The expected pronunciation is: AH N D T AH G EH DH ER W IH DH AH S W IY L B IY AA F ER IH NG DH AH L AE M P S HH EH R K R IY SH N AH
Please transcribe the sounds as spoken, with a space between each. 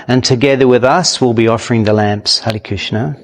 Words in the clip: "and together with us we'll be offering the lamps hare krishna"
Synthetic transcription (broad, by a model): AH N T AH G EH DH ER W IH DH AH S W IY L B IY AA F ER IH NG DH AH L AE M P S HH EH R K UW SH N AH